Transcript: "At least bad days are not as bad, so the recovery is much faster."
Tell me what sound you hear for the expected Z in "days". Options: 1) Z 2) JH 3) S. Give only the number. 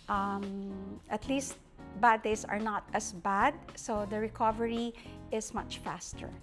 3